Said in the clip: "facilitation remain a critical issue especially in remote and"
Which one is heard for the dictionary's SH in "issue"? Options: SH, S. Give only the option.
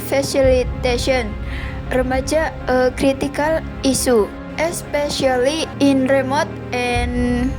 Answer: S